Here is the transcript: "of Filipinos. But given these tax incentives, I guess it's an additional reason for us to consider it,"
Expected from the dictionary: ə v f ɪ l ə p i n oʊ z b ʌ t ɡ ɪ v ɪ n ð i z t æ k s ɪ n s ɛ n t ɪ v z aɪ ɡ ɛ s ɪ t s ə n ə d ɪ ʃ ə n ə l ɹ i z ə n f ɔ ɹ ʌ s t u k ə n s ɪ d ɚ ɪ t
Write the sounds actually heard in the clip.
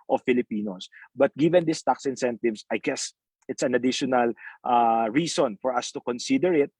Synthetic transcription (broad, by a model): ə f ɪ l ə p i n oʊ s b ʌ t ɡ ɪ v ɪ n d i s t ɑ k s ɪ n s ɛ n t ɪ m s aɪ ɡ ɛ s ɪ t s ə n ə d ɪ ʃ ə n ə l ɹ i s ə n f ɔ ɹ ʌ s t u k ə n s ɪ d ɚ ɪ t